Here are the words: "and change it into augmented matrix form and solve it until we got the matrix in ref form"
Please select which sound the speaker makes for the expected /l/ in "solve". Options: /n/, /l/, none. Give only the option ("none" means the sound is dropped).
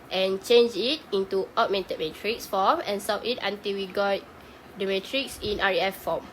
none